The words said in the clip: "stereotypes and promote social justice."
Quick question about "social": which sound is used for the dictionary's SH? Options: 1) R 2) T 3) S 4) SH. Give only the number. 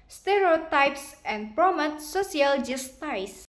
3